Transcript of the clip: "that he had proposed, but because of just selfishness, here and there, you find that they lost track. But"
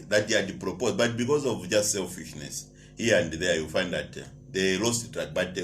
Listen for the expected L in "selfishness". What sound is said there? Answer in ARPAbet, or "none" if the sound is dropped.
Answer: L